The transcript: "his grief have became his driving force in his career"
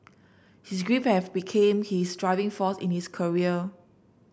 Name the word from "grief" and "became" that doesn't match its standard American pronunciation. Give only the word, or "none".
grief